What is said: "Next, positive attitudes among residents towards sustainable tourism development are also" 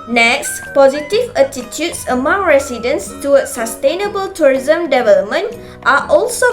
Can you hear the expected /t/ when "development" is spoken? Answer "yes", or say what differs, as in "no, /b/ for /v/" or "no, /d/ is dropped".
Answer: yes